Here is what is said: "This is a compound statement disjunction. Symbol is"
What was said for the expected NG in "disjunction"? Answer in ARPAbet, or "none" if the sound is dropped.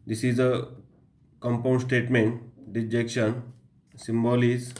none